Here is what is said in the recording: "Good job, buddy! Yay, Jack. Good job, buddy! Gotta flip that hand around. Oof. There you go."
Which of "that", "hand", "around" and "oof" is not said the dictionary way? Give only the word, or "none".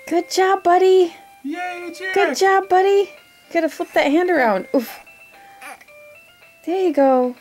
none